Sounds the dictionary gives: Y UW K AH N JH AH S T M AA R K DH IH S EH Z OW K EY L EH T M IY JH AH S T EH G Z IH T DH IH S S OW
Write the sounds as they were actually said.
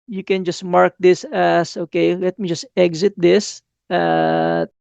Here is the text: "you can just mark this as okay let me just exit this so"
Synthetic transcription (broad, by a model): Y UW K AH N JH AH S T M AA R K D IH S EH S OW K EY L EH T M IY JH AH S T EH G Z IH T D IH S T